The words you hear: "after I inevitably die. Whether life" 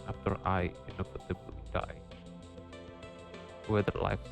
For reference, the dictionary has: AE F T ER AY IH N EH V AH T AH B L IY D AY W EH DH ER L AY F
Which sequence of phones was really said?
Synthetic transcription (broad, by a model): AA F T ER AY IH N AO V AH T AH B IY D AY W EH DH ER L AY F